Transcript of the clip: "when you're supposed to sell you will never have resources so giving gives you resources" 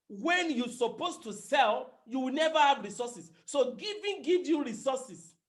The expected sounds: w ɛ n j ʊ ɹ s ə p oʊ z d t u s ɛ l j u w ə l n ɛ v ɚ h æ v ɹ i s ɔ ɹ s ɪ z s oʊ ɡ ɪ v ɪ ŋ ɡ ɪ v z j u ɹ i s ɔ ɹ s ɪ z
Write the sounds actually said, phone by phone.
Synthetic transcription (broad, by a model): w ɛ n j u s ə p oʊ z t u s ɛ l j u w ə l n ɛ v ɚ h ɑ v ɹ i s ɔ s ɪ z s oʊ ɡ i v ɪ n ɡ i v j u ɹ i s ɔ s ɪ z